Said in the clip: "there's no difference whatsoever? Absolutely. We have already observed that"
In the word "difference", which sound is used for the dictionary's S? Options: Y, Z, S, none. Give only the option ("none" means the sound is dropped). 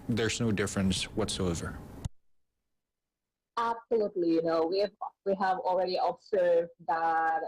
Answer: S